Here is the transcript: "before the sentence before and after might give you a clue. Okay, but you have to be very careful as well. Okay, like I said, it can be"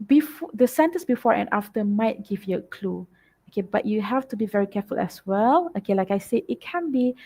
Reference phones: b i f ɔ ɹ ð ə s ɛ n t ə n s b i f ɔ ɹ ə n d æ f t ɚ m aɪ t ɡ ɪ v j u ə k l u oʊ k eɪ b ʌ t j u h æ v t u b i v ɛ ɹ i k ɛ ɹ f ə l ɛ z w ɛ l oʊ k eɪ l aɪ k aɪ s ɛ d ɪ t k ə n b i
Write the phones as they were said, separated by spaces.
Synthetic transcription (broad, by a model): b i f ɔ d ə s ɛ n t ə n s b i f ɔ ɹ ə n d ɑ f t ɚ m aɪ t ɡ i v j u ə k l u oʊ k eɪ b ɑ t j u h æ f t u b i v ɛ ɹ i k ɛ f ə l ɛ s w ɛ l oʊ k eɪ l aɪ k aɪ s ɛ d ɪ t k ə n b i